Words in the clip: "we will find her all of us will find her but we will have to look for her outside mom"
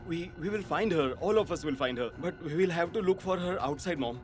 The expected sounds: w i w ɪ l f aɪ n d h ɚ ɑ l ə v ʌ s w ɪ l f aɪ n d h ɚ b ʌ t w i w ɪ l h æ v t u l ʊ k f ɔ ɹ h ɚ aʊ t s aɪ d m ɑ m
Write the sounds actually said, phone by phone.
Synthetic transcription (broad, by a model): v i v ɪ l f aɪ n d h ɚ ɑ l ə f ʌ s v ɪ l f aɪ n d h ɚ b ʌ t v i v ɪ l h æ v t u l ʊ k f ɔ ɹ h ɚ aʊ t s aɪ d m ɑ m